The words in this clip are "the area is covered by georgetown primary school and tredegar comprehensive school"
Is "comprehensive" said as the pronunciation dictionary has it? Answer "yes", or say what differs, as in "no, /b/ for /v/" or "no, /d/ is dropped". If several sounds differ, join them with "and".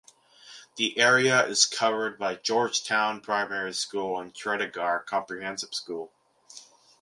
no, /p/ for /v/